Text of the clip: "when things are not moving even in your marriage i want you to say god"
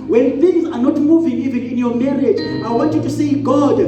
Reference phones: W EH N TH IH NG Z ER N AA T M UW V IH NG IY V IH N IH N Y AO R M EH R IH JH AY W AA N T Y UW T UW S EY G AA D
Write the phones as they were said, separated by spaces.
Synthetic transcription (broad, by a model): W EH N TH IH NG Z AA N AA T M UW V IH NG IY V IH N IH N Y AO M EH R IH JH AY W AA N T Y UW T UW S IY G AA D